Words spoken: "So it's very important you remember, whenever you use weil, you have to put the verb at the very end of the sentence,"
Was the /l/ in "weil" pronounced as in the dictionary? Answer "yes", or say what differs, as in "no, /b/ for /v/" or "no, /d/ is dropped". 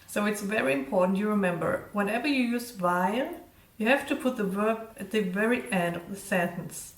no, /n/ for /l/